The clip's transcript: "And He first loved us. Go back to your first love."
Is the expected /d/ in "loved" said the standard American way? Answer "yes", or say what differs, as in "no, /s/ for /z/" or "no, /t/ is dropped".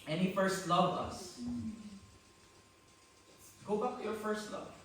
no, /d/ is dropped